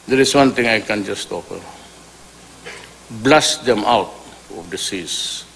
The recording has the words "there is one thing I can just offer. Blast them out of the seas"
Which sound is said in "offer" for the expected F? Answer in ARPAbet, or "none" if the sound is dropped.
P